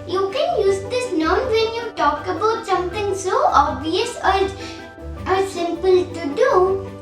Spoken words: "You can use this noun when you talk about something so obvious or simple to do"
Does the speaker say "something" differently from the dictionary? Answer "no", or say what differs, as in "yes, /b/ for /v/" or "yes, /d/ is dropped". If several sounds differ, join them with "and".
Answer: yes, /t/ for /θ/